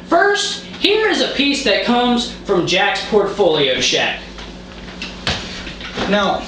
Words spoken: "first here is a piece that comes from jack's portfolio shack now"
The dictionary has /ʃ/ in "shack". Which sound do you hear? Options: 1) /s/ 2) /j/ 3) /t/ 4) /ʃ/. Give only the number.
4